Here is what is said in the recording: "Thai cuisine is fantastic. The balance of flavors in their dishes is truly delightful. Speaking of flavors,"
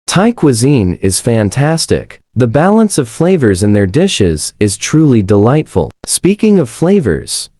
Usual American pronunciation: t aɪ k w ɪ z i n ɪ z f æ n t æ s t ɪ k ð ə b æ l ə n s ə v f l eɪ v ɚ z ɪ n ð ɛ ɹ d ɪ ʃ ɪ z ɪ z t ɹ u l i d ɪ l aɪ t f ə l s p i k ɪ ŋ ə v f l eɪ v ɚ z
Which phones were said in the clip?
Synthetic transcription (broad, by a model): t aɪ k w ɪ z i n ɪ z f æ n t æ s t ɪ k ð ə b æ l ə n s ə v f l eɪ v ɚ z ɪ n ð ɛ ɹ d ɪ ʃ ɪ z ɪ z t ɹ u l i d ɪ l aɪ t f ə l s p i k ɪ ŋ ə v f l eɪ v ɚ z